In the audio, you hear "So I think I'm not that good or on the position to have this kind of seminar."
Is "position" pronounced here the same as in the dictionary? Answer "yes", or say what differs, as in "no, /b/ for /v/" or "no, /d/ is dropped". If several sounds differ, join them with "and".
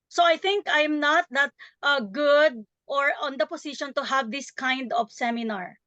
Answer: no, /s/ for /z/